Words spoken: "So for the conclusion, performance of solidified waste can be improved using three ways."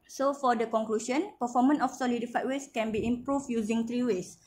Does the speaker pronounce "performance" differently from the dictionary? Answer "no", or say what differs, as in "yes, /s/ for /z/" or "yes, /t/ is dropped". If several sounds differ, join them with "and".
yes, /s/ is dropped